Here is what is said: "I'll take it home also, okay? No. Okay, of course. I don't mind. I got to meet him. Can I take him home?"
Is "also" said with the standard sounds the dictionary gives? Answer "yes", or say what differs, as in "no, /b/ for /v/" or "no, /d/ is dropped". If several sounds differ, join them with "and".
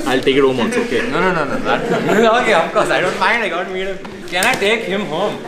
no, /n/ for /l/